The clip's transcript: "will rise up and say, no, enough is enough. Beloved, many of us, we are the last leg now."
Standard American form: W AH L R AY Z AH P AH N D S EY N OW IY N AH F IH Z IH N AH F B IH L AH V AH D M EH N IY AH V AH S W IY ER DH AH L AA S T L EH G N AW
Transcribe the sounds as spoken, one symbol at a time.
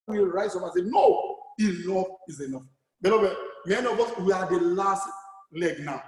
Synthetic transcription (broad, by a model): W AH R AY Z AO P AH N S EY N OW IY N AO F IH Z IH N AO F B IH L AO B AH M EH N IY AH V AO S W IY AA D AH L AA S T L EH G N AW